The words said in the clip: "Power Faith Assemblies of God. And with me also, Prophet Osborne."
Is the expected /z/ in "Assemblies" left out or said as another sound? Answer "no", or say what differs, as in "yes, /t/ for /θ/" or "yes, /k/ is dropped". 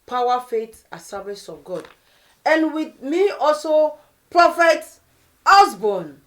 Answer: yes, /s/ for /z/